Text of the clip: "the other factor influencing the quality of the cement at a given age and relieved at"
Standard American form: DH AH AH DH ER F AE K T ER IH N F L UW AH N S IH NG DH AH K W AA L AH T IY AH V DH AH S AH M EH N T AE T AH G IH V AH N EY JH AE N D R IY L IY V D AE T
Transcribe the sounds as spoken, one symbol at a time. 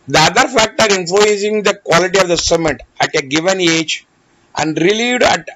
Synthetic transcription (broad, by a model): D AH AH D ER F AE K T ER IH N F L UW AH N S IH NG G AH K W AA L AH T IY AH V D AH S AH M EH T AE T AH G IH V AH N EY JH AE N D R IY L IY V D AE T